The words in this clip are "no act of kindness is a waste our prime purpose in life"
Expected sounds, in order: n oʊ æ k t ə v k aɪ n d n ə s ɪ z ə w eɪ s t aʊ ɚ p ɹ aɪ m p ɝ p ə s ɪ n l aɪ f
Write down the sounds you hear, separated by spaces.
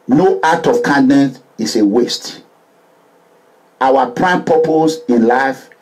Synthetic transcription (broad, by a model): n oʊ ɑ t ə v k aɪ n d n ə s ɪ s ə w eɪ s t aʊ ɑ p ɹ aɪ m p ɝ p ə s ɪ n l aɪ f